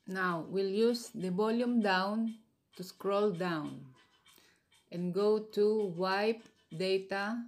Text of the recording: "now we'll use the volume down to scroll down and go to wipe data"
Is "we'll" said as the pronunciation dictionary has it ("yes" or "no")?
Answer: yes